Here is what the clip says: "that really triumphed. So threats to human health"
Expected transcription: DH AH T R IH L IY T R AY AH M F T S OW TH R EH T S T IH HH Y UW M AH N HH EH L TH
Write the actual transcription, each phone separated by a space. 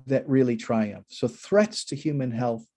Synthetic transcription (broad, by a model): DH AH T R IH L IY T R AY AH M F S OW TH R EH T S T IH HH Y UW M AH N HH EH L TH